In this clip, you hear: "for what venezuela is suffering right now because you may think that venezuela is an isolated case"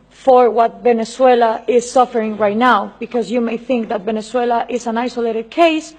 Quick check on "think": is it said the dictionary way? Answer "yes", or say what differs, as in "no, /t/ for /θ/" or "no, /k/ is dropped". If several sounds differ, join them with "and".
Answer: yes